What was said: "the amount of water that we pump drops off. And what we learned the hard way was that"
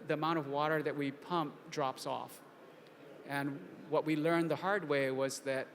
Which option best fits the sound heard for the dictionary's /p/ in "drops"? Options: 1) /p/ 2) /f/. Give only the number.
1